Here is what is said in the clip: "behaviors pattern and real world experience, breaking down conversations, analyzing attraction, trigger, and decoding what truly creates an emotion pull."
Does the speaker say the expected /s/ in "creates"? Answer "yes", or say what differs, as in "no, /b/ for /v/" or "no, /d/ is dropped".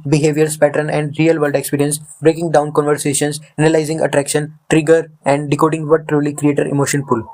no, /s/ is dropped